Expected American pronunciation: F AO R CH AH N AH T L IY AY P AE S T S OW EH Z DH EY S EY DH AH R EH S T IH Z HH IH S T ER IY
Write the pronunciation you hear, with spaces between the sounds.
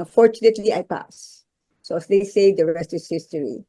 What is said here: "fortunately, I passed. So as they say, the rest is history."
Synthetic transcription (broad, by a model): F AO R CH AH N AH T L IY AY P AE S S OW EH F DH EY S EY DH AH R EH S T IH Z HH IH S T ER IY